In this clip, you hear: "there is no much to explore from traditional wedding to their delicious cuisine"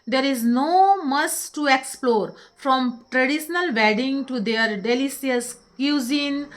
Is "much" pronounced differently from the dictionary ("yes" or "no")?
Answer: yes